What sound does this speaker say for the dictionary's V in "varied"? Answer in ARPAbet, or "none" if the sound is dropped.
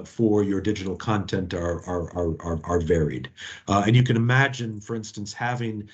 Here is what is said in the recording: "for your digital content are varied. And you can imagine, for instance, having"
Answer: V